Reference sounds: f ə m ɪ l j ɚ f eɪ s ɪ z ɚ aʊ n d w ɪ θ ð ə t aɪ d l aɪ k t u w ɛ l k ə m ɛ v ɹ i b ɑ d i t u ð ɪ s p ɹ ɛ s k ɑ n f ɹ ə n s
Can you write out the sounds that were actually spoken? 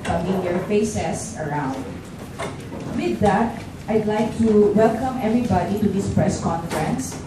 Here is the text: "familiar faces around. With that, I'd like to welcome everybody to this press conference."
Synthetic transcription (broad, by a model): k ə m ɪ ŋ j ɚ f eɪ s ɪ s ɚ aʊ n d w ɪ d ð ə t aɪ d l aɪ k t u w ɛ l k ə m ɛ v ɹ i b ɑ d i t u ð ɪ s p ɹ ɛ s k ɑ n f ɹ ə n s